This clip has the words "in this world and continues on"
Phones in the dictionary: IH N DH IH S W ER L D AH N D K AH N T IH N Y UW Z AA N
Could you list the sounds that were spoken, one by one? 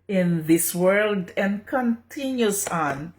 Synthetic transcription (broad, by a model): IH N DH IH S W ER L D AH N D K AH N T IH N Y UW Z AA N